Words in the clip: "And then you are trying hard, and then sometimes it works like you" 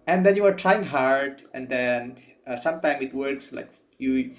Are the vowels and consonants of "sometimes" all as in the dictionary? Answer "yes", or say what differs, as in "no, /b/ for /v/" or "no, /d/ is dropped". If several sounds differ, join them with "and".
no, /z/ is dropped